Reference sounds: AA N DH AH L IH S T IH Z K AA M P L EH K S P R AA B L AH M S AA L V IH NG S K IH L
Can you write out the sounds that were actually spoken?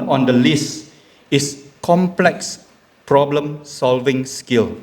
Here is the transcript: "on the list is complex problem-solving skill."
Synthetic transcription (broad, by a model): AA N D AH L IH S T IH S K AA M P L EH K S P R AA B L AH M S AA L V IH NG S K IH L